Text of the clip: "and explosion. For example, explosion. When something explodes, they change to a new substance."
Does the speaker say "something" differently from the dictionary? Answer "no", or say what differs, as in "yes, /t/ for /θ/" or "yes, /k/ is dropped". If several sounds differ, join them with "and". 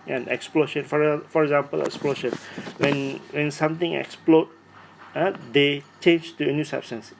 yes, /t/ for /θ/